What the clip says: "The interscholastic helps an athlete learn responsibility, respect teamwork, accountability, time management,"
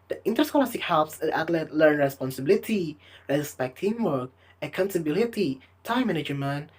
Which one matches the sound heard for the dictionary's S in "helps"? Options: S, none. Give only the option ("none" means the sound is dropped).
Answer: S